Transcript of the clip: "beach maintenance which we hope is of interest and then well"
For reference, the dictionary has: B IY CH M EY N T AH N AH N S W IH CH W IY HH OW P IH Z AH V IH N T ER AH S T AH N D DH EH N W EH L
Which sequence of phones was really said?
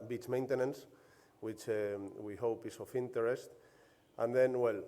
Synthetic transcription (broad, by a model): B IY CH M EY N T AH N AH N S W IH CH W IY HH OW P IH S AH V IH N T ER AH S T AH N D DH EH N W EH L